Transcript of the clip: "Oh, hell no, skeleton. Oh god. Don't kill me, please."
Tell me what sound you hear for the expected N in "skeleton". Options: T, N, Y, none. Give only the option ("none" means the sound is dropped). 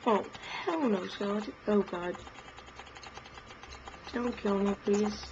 none